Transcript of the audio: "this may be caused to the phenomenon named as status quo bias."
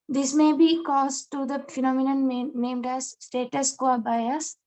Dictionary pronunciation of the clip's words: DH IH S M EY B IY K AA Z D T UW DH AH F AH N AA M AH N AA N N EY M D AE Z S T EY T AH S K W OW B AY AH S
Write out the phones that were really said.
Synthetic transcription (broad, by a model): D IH S M EY B IY K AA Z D T UW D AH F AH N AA M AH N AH N N EY M D AE Z S T EY T AH S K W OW B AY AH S